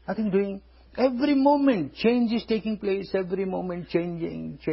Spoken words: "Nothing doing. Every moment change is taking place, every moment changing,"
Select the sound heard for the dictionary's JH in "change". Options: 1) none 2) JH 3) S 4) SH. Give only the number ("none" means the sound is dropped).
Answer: 2